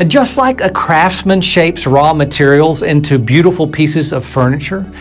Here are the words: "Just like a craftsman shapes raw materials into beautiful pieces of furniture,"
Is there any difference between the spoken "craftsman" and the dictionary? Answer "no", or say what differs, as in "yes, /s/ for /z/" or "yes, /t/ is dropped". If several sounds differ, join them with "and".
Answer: no